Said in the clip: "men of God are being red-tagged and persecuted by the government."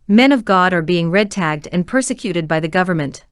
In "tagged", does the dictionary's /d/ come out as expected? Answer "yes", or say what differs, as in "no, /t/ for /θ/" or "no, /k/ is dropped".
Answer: yes